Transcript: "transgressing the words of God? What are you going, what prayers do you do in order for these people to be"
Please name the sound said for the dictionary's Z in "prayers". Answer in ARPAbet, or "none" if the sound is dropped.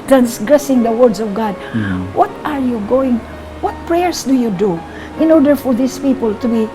S